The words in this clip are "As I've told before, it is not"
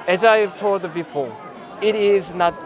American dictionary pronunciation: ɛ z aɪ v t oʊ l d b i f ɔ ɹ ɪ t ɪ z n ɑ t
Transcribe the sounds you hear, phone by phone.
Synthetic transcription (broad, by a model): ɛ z aɪ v t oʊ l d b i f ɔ l ɪ t ɪ z n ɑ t